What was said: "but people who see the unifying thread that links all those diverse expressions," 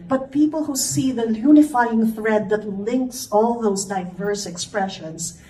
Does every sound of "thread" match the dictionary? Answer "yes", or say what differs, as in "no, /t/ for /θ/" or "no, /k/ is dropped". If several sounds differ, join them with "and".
yes